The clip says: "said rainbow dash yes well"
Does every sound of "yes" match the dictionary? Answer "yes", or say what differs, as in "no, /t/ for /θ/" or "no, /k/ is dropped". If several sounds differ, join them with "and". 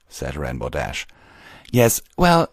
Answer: yes